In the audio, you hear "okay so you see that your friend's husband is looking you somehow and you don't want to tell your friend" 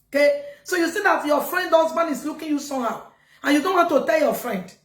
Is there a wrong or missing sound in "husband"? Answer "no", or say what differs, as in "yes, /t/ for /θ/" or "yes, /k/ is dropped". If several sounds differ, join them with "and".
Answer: yes, /d/ is dropped